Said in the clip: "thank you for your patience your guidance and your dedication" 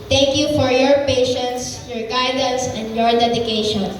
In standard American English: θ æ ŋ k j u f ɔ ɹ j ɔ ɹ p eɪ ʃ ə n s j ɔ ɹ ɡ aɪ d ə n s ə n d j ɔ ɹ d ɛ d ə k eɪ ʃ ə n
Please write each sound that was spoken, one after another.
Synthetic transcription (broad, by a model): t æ ŋ k j u f ɔ ɹ j ɔ ɹ p eɪ ʃ ə n s j ɔ ɹ ɡ aɪ d ə n s ə n d j ɔ ɹ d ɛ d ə k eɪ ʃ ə n